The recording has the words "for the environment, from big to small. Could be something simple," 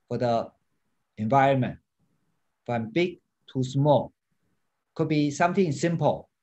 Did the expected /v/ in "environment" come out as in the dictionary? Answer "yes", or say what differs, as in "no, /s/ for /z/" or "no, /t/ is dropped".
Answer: yes